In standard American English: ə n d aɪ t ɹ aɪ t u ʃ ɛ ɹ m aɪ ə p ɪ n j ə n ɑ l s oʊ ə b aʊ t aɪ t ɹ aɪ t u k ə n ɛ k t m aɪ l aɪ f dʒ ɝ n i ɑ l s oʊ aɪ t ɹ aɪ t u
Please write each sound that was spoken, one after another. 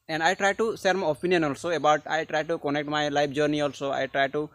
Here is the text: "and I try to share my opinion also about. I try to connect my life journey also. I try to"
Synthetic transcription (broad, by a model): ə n d aɪ t ɹ aɪ t u s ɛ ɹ m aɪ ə p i n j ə n ɑ l s oʊ ə b aʊ t aɪ t ɹ aɪ t u k ə n ɛ k t m aɪ l aɪ p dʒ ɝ n i ɑ l s oʊ aɪ t ɹ aɪ t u